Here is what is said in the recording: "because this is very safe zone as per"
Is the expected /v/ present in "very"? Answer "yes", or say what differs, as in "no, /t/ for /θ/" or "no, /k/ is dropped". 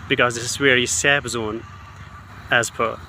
no, /w/ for /v/